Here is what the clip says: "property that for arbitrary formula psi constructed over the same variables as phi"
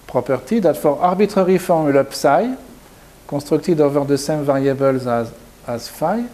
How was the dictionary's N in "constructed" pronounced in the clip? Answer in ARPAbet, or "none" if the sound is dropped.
none